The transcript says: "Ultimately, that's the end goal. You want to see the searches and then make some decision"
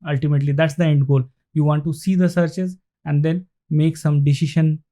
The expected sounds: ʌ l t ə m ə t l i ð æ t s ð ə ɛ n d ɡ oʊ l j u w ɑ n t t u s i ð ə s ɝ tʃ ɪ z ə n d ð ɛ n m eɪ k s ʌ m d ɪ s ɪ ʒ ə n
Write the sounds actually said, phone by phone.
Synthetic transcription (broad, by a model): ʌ l t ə m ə t l i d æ t s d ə ɛ n d ɡ oʊ l j u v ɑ n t t u s i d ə s ɝ tʃ ɪ z ə n d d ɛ n m eɪ k s ʌ m d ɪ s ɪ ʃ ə n